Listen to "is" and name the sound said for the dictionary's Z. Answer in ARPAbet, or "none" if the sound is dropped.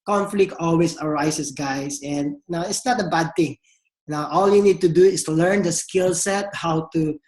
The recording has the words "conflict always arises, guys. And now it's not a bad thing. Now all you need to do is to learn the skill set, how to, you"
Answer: S